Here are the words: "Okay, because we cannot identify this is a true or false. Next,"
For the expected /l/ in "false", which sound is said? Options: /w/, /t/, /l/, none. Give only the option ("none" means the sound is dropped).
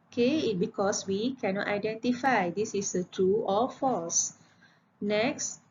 none